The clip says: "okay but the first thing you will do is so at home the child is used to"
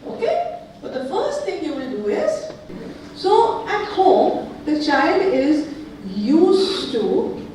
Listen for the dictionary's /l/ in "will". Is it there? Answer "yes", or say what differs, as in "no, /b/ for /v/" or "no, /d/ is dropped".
no, /n/ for /l/